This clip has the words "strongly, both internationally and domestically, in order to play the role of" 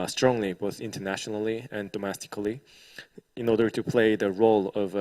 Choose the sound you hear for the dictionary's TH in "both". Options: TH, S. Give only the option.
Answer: TH